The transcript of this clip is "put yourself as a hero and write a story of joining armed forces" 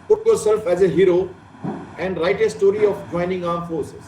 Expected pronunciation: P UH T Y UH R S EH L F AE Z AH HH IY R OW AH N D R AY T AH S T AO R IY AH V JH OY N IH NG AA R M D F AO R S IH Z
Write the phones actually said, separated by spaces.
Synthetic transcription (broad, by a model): P UH T Y UH R S EH L F AE Z AH HH IY R OW AH N D R AY T AH S T AO R IY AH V JH OY N IH NG AA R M F AO R S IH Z